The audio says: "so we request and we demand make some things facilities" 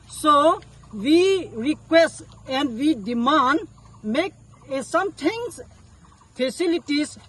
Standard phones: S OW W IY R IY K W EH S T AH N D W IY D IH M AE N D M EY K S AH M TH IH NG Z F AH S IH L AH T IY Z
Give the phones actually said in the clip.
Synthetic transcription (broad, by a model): S OW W IY R IY K W EH S T AH N D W IY D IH M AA N D M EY K S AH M T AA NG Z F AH S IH L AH T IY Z